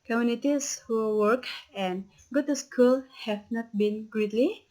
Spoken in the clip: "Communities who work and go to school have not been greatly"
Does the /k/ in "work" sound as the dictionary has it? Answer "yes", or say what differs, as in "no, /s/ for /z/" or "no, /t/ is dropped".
yes